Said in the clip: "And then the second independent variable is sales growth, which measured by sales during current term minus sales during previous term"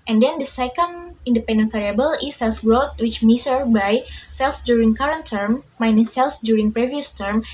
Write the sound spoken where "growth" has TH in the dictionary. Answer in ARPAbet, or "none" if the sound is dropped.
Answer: T